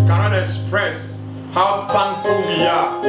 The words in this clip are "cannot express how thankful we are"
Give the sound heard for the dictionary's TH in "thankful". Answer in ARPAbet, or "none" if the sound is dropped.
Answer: F